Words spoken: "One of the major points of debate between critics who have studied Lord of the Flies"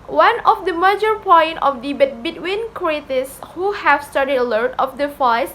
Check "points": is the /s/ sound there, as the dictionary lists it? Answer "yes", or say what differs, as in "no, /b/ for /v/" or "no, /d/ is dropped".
no, /s/ is dropped